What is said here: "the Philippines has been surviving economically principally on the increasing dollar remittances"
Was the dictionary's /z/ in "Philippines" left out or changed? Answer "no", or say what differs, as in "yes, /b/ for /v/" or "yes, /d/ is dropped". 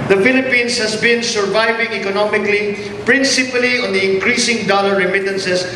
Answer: yes, /s/ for /z/